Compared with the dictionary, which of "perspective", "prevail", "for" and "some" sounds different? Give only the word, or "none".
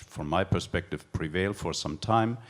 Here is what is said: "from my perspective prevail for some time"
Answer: none